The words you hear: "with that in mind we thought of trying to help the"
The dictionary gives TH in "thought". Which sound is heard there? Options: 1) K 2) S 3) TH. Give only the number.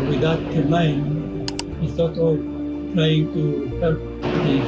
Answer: 2